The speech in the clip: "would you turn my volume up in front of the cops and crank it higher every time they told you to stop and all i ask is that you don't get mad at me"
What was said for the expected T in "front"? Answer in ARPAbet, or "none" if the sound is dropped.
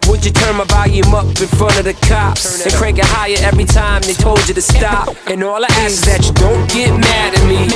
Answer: none